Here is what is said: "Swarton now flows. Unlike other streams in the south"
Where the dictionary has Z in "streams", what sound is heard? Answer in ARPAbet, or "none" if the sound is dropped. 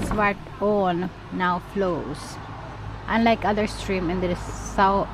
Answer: none